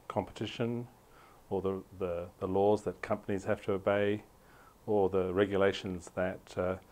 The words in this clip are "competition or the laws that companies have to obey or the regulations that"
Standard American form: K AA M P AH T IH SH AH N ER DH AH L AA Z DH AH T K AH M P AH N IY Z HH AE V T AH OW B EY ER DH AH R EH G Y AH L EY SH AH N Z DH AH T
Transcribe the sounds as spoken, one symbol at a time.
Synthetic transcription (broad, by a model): K AA M P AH T IH SH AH N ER DH AH L AA Z DH AH T K AH M P AH N IY Z HH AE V T AH OW B EY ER DH AH R EH G Y AH L EY SH AH N Z DH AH T